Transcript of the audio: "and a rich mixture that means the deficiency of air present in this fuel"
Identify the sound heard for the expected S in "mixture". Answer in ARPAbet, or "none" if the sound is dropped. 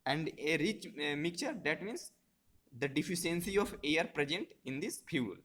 none